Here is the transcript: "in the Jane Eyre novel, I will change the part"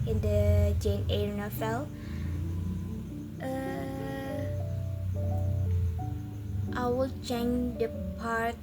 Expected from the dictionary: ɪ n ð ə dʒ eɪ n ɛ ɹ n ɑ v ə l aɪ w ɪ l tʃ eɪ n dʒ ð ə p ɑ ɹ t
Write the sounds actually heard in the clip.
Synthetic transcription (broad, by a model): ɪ n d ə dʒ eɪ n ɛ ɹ n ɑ f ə l aɪ w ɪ l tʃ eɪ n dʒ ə p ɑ ɹ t